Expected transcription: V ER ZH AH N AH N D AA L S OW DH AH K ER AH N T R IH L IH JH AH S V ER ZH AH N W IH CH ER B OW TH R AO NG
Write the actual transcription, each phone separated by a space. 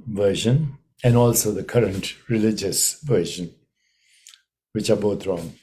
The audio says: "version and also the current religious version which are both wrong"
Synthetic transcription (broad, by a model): V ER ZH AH N AH N D AA L S OW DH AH K ER AH N T R IH L IH JH AH S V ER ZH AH N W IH CH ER B OW T R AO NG